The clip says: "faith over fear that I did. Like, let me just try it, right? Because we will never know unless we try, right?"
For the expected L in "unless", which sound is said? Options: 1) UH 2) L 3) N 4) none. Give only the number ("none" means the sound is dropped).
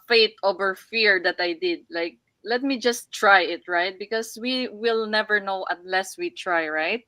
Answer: 2